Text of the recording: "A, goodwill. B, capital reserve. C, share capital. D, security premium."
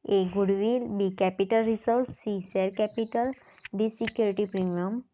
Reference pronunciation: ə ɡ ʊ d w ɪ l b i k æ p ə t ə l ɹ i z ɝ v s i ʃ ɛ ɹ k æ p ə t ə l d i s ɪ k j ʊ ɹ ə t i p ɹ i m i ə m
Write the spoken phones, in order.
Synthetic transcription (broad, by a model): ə ɡ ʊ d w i l b i k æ p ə t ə l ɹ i s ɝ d s i s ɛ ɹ k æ p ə t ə l d i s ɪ k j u ɹ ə t i p ɹ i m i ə m